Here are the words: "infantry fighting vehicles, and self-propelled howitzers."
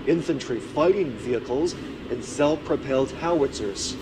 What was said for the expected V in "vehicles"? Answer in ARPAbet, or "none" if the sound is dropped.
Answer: V